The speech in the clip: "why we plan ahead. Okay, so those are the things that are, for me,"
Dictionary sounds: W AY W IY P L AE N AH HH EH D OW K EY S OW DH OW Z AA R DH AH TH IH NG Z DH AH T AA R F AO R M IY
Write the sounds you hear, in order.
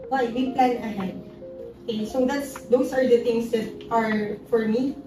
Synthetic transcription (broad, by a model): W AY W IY P L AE N AH HH EH D OW K EY S OW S OW S AA R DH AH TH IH NG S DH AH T AA R F AO R M IY